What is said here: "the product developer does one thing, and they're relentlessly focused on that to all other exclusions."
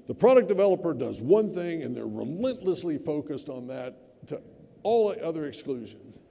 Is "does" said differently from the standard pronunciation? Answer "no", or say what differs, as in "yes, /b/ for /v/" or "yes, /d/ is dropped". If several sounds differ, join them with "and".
no